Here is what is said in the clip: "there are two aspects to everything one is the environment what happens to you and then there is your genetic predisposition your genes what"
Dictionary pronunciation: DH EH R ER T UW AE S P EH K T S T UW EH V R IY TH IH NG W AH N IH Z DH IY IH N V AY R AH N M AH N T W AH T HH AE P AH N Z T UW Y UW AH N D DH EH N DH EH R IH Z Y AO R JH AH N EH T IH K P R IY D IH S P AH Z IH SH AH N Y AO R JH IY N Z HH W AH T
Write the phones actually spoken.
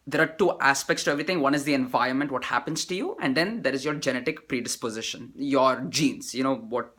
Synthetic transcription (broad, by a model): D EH R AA T UW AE S P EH K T S T UW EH V R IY T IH NG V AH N IH Z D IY IH N V AY R AH N M AH N T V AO T HH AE P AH N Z T UW Y UW AH N D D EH N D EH R IH Z Y AO R JH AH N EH T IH K P R IY D IH S P AH Z IH SH AH N Y AO R JH IY N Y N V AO T